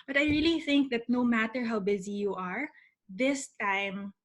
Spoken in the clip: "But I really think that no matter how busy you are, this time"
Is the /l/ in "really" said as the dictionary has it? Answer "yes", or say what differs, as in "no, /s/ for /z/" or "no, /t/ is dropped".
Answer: yes